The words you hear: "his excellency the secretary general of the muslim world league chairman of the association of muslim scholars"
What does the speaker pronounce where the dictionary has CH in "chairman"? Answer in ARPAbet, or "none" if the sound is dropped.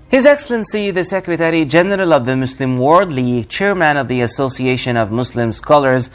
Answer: CH